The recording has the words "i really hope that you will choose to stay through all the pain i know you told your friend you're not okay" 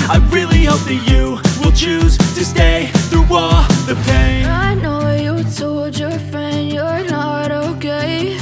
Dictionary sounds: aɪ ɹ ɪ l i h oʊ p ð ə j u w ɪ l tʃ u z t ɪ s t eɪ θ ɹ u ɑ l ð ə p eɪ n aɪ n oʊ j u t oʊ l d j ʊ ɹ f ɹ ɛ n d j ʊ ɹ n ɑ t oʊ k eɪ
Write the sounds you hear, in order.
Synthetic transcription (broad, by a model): aɪ ɹ ɪ l i h oʊ p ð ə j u w ɪ l tʃ u z t ɪ s t eɪ θ ɹ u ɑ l ð ə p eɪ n aɪ n oʊ j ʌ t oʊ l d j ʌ ɹ f ɹ ɛ n d j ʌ ɹ n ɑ t oʊ k eɪ